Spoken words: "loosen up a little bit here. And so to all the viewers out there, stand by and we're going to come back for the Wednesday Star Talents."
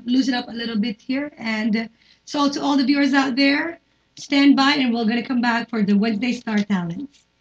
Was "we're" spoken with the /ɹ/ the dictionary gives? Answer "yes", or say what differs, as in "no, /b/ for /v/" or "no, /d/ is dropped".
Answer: no, /l/ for /ɹ/